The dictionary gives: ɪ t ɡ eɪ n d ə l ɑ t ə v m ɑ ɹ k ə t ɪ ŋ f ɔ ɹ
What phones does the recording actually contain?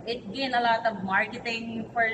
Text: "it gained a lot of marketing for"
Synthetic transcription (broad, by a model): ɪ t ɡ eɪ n ə l ɑ t ə v m ɑ ɹ k ə t ɪ ŋ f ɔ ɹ